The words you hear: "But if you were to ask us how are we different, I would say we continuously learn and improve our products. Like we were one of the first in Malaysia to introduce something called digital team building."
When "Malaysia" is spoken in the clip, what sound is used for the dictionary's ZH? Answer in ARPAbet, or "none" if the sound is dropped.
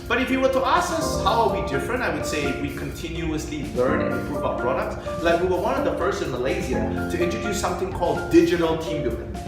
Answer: Z